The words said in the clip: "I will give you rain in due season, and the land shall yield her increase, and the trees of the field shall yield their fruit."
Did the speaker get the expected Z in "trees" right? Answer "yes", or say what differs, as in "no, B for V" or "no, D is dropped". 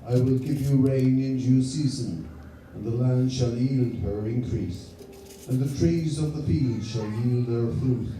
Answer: yes